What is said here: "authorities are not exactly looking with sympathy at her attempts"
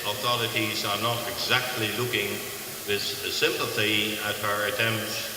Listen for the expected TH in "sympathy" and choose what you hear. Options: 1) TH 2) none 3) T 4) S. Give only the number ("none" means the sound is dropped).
1